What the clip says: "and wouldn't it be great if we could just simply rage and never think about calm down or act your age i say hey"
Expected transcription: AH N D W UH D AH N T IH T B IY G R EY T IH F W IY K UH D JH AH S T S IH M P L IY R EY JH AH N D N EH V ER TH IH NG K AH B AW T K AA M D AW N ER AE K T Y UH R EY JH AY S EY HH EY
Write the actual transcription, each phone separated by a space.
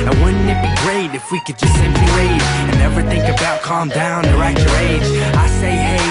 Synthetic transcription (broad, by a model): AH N W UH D N IH T B IY G R EY T IH F W IY K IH D JH AH S T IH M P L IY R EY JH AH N N EH V ER TH IH NG K AH B AW T K AA M D AW N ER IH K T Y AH R EY JH AY S EY HH EY